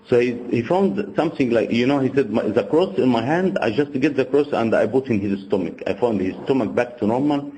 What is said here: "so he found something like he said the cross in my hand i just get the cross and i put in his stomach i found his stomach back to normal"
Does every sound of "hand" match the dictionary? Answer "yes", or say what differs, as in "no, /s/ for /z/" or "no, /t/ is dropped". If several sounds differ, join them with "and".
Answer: yes